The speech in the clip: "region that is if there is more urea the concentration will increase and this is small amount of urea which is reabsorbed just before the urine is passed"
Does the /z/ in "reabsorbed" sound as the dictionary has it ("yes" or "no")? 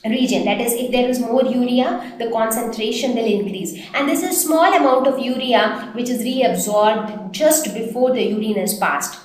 yes